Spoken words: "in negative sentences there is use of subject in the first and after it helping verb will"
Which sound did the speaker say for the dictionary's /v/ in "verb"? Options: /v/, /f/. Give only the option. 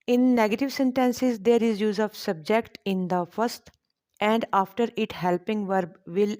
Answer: /v/